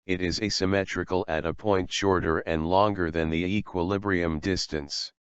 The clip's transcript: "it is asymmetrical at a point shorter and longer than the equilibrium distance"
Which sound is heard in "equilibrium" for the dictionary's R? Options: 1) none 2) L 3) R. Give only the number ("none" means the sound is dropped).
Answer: 3